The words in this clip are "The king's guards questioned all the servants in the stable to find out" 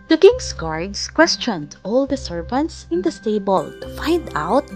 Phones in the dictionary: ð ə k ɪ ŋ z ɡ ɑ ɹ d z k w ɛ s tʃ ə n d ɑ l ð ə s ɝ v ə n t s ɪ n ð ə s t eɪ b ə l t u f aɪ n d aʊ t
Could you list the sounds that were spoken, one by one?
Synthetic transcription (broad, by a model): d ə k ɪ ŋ s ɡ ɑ ɹ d s k w ɛ s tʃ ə n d ɑ l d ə s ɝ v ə n t s ɪ n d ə s t eɪ b ə l t u f aɪ n d aʊ t